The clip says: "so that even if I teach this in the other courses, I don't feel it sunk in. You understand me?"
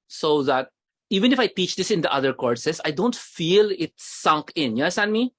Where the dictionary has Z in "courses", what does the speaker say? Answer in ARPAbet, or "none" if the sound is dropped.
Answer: S